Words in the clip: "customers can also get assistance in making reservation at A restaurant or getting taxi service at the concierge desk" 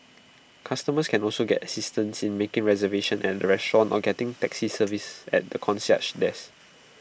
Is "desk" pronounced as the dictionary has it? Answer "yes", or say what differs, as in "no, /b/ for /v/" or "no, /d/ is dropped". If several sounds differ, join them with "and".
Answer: no, /k/ is dropped